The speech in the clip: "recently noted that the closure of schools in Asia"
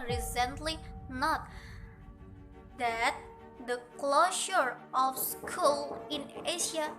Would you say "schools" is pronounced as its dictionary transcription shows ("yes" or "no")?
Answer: no